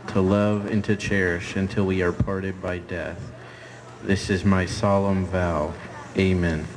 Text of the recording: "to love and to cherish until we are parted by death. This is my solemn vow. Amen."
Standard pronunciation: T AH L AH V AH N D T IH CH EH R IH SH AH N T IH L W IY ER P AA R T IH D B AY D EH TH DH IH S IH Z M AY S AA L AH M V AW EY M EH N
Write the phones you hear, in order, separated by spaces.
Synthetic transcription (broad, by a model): T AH L AH V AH N T IH CH EH R IH SH AH N T IH L W IY ER P AA R T IH D B AY D EH TH DH IH S IH Z M AY S AA L AH M V AW EY M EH N